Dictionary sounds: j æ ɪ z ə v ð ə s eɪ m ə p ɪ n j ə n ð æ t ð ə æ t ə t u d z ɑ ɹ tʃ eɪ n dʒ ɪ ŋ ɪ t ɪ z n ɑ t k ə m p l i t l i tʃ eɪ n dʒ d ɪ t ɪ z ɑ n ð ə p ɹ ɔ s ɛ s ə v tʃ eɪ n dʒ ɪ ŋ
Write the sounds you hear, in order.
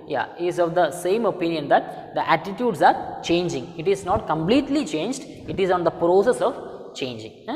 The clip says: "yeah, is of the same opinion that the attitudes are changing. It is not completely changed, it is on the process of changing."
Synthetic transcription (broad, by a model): j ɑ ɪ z ə v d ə s eɪ m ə p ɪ n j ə n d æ t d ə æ t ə t u d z ɑ ɹ tʃ eɪ n dʒ ɪ ŋ ɪ t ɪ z n ɑ t k ə m p l i t l i tʃ eɪ n dʒ d ɪ t ɪ z ɑ n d ə p ɹ ɔ s ɛ s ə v tʃ eɪ n dʒ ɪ ŋ